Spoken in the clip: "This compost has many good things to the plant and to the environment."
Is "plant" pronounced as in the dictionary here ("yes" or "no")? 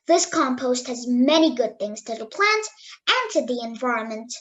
yes